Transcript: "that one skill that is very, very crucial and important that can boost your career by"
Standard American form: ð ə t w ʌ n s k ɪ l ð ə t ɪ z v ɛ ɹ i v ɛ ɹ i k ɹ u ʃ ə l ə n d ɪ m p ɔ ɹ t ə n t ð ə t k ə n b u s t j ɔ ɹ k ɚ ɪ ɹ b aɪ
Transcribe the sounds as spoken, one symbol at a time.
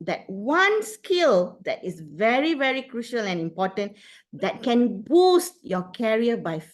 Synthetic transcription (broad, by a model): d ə t w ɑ n s k ɪ l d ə t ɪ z v ɛ ɹ i v ɛ ɹ i k ɹ u ʃ ə l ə n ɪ m p ɔ t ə n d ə t k ə n b u s t j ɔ k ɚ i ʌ b aɪ